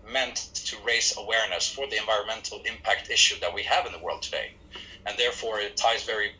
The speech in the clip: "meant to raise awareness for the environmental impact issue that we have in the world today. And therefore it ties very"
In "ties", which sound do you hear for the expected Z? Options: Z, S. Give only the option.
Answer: Z